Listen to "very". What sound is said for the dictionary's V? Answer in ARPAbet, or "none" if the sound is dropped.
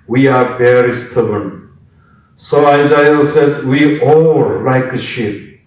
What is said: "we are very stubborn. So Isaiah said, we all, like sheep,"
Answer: B